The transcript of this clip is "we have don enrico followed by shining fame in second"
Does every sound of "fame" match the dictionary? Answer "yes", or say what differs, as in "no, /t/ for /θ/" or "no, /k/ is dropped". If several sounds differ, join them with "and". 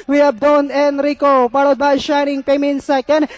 no, /p/ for /f/